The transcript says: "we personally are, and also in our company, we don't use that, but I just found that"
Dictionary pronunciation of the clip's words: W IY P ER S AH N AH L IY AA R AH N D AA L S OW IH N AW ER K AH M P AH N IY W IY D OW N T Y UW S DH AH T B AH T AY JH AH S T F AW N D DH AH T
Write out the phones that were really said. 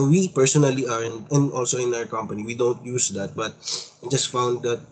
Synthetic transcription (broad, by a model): W IY P ER S AH N AH L IY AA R AH N D AA L S OW IH N AW ER K AH M P AH N IY W IY D OW N T Y UW S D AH T B AH T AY JH AH S T F AW N D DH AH T